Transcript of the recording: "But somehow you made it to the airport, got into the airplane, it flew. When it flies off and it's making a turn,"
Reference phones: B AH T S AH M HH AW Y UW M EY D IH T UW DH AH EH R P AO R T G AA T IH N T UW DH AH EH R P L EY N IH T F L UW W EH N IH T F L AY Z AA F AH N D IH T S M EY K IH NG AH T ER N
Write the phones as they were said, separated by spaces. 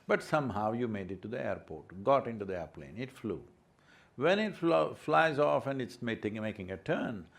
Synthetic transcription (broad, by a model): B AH T S AH M HH AW Y UW M EY D IH T UW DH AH EH R P AO R T G AA T IH N T UW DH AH EH R P L EY N IH T F L UW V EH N IH T F L AY Z AA F AH N D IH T S M EY K IH NG AH T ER N